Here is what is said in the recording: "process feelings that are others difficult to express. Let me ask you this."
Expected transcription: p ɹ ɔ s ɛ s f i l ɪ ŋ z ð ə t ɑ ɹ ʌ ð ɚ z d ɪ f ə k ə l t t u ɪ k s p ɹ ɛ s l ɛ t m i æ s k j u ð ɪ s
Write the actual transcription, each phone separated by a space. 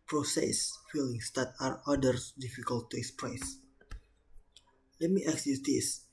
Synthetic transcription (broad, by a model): p ɹ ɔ s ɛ s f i l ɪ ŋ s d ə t ɑ ɹ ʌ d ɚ s d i f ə k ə l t t u ɪ k s p ɹ ɛ s l ɛ t m i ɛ k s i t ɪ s